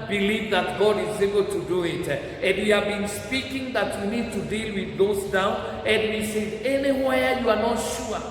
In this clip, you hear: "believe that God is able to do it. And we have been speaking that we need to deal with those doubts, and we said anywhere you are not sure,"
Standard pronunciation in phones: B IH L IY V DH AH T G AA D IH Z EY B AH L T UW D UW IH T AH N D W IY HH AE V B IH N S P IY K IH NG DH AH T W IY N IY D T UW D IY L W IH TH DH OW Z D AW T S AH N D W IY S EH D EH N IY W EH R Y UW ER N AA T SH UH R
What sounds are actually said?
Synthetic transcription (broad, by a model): B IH L IY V DH AH T G AA D IH Z EY B AH L T UW D UW IH T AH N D W IY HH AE V B IH N S P IY K IH NG DH AH T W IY N IY D T UW D IY L W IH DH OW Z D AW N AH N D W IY S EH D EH N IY W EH Y UW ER N AA T SH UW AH